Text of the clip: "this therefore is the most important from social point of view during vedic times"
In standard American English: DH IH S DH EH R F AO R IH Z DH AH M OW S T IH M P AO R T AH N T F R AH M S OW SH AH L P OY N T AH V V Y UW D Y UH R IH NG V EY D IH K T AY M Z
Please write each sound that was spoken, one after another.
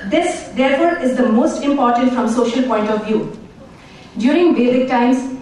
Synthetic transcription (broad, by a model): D IH S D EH R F AO R IH Z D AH M OW S T IH M P AO R T AH N T F R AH M S OW SH AH L P OY N T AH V V Y UW D Y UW R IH NG B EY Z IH K T AY M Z